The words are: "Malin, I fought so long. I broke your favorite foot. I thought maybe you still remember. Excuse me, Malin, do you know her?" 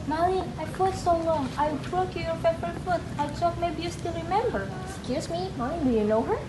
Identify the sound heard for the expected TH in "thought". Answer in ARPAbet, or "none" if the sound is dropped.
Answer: T